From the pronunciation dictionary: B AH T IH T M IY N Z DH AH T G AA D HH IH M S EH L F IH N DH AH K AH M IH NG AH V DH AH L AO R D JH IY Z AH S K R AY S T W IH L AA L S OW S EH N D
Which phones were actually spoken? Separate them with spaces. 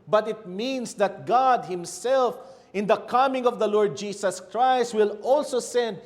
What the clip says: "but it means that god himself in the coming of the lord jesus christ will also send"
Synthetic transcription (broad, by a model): B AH T IH T M IY N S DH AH T G AA D HH IH M S EH L F IH N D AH K AH M IH NG AH V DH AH L AO R D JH IY S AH S K R AY S T W IH L AA L S OW S EH N D